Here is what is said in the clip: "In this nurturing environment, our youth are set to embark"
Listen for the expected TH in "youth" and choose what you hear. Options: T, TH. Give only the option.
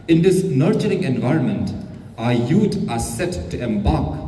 T